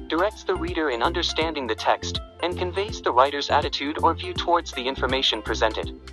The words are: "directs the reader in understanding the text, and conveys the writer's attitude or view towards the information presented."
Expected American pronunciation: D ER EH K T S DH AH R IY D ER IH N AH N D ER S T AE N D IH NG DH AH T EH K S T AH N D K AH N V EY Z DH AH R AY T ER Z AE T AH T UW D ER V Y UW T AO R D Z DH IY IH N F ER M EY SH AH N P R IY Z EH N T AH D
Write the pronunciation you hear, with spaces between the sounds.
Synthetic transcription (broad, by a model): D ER EH K T S DH AH R IY D ER IH N AH N D ER S T AE N D IH NG DH AH T EH K S T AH N K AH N V EY Z DH AH R AY T ER Z AE T AH T UW D ER V Y UW T AO R D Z DH IY IH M F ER M EY SH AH N P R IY Z EH N T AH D